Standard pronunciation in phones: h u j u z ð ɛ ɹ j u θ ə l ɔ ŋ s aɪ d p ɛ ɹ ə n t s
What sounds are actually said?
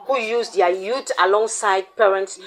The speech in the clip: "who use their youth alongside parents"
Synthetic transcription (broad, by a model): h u j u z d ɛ j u t ə l ɔ ŋ s aɪ d p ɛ ɹ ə n t s